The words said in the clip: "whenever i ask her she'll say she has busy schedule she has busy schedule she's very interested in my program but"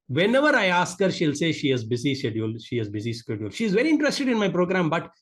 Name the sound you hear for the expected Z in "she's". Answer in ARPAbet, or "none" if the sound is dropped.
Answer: Z